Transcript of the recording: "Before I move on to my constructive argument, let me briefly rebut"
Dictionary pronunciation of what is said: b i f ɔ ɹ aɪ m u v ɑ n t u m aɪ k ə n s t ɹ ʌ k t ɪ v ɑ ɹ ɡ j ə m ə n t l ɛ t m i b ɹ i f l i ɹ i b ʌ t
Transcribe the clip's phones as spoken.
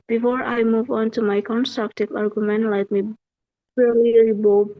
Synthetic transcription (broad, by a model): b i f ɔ ɹ aɪ m u v ɑ n t u m aɪ k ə n s t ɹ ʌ k t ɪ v ɑ ɹ ɡ j ə m ə n t l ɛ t m i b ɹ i l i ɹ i b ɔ